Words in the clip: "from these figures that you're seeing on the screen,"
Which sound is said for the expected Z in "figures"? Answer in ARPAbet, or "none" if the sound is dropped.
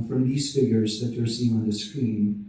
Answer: Z